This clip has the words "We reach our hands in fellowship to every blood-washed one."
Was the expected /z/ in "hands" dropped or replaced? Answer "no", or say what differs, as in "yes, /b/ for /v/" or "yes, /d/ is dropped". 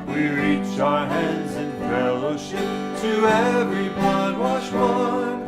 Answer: no